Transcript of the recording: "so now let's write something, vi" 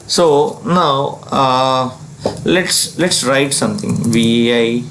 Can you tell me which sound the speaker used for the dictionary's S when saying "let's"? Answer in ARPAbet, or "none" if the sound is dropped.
S